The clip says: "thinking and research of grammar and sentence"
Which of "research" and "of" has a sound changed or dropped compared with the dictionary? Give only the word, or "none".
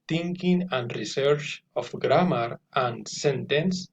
of